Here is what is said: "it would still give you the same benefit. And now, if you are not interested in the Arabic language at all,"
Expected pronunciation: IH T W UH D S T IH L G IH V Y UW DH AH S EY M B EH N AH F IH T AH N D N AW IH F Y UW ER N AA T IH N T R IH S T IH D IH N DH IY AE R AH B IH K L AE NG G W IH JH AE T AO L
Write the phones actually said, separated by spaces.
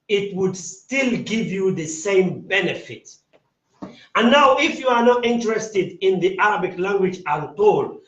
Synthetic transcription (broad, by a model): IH T W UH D S T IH L G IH V Y UW DH AH S EY M B EH N AH F IH T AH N N AW IH F Y UW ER N AA T IH N T R IH S T IH D IH N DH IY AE R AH B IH K L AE NG G W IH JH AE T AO L